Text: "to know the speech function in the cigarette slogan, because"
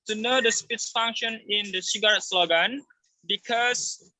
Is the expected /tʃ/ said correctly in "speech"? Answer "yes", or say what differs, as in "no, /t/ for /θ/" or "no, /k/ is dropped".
no, /s/ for /tʃ/